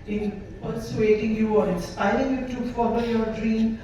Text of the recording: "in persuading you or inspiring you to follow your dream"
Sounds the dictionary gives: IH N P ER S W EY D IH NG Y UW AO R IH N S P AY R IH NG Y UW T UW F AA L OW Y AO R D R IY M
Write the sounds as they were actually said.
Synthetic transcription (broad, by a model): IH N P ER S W EY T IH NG Y UW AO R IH S AY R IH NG Y UW T UW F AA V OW Y AO R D R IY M